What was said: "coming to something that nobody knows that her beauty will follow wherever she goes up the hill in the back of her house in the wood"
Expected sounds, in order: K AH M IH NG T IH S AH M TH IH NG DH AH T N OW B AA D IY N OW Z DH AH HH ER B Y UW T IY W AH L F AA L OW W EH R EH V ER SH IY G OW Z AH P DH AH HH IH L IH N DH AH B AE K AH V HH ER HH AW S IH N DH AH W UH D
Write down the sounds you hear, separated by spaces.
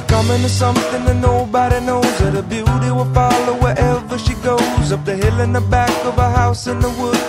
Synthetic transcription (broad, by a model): K AH M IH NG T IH S AH M TH IH NG DH AH T N OW B AA D IY N OW Z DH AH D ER B Y UW T IY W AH F AA L OW W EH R EH V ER SH IY G OW Z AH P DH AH HH IH L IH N DH AH B AE K AH V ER HH AW S IH N DH AH W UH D